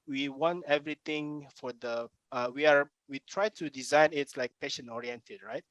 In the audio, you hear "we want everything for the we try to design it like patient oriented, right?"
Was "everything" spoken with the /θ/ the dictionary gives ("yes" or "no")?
no